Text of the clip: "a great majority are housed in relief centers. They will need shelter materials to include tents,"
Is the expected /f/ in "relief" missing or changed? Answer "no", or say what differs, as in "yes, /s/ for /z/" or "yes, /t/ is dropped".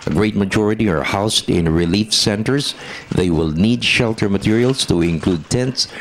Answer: no